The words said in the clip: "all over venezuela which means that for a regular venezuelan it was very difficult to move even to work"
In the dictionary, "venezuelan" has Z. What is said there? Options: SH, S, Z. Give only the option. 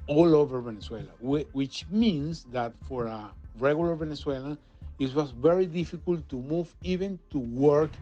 S